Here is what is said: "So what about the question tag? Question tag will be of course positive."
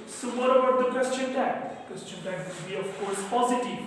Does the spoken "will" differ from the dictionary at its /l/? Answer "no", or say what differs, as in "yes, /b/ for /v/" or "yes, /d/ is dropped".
yes, /n/ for /l/